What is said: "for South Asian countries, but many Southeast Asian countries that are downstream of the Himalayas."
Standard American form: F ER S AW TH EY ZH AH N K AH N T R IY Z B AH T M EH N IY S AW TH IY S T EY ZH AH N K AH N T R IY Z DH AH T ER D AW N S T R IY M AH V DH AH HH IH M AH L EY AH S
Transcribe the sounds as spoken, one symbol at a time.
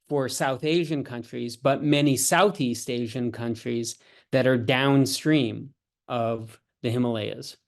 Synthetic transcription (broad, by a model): F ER S AW TH EY ZH AH N K AH N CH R IY Z B AH T M EH N IY S AW TH IY S T EY ZH AH N K AH N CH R IY Z DH AH T ER D AW N S T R IY M AH V DH AH HH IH M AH L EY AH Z